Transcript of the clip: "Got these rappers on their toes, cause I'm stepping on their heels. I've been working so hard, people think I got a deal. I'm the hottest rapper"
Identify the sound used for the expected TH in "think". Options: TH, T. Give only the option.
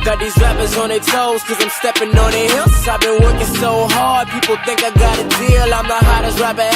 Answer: TH